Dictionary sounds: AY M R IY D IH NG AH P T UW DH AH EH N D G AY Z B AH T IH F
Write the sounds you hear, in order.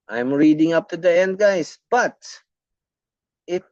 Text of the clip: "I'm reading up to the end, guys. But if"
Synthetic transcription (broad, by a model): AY M R IY D IH NG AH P T UW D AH EH N D G AY S B AH T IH